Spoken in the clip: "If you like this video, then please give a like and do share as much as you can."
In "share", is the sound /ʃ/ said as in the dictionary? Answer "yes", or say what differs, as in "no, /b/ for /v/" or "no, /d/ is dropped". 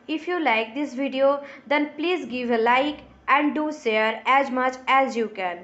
no, /s/ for /ʃ/